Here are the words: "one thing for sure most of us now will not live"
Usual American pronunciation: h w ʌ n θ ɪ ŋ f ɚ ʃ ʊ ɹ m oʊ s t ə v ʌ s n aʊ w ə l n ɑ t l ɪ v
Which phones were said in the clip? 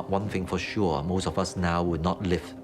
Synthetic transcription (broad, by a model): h w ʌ n θ ɪ ŋ f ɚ ʃ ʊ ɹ m oʊ s t ə v ʌ s n aʊ w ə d n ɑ t l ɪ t